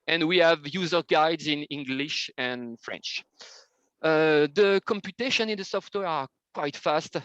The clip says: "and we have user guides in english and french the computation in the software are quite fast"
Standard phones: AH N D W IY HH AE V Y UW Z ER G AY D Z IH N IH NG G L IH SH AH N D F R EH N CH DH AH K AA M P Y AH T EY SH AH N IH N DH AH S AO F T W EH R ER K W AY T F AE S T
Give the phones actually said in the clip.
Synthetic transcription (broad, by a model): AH N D W IY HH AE V Y UW Z ER G AY D Z IH N IH NG G L IH SH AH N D F R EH N CH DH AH K AA M P Y AH T EY SH AH N IH N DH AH S AO F T W EH R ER K W AY T F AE S T